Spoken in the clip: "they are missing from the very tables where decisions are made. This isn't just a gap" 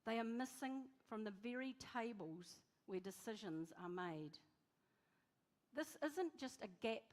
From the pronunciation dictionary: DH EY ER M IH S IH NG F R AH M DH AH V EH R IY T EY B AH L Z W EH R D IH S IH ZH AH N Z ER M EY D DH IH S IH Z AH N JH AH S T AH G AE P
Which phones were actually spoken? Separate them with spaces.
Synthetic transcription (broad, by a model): DH EY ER M IH S IH NG F R AH M DH AH V EH R IY T EY B AH L Z W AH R D IH S IH ZH AH N Z ER M EY D DH IH S IH Z AH N JH AH S T AH G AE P